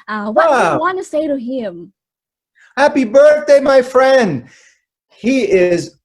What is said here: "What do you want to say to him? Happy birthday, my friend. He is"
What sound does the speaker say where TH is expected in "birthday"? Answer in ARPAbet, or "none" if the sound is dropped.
TH